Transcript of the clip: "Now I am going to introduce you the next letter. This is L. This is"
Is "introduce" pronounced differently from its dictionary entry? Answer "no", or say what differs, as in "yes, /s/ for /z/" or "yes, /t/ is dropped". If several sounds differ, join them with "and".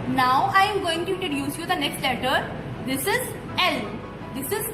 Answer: yes, /n/ is dropped